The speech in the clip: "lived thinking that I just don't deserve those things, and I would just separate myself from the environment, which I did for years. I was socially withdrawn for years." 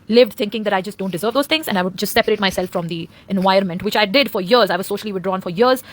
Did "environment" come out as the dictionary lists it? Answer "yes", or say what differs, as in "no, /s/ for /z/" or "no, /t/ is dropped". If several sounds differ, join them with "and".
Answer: no, /ɹ/ is dropped